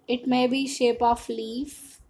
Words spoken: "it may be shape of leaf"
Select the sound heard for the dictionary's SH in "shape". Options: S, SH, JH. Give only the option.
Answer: SH